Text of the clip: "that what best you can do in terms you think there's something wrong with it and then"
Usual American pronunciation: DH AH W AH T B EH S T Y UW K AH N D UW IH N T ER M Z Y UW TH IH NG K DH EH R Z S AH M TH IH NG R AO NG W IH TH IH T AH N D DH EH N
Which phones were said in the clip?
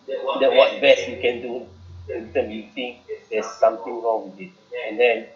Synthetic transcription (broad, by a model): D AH W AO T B EH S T Y UW K AH N D UW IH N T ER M Y UW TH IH NG K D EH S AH M T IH NG R AO NG W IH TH IH T AH N D EH N